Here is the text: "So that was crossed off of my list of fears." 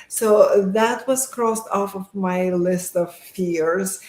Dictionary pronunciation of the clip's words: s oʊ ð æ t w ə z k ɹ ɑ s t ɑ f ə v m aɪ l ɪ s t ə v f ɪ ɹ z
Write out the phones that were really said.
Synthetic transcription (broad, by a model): s oʊ ð æ t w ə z k ɹ ɑ s t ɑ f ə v m aɪ l ɪ s t ə v f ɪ ɹ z